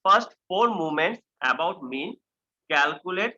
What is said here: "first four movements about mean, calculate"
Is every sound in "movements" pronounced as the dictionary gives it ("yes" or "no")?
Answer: no